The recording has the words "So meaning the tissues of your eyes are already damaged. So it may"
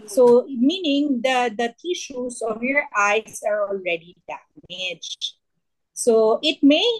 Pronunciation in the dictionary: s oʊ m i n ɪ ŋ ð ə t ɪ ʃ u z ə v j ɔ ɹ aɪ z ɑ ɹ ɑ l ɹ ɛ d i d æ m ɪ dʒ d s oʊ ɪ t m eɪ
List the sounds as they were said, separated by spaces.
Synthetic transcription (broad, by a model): s oʊ m i n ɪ ŋ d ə t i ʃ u s ə v j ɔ ɹ aɪ s ɑ ɹ ɑ l ɹ ɛ d i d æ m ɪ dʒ s oʊ ɪ t m eɪ